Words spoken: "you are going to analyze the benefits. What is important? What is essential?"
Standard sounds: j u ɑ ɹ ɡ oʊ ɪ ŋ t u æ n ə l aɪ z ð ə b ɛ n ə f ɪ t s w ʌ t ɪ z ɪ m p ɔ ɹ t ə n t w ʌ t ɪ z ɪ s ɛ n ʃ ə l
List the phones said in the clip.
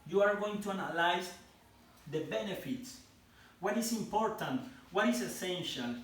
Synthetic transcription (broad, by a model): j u ɑ ɹ ɡ oʊ ɪ ŋ t u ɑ n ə l aɪ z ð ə b ɛ n ə f ɪ t s w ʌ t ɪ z ɪ m p ɔ ɹ t ə n t w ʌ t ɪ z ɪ s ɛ n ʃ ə l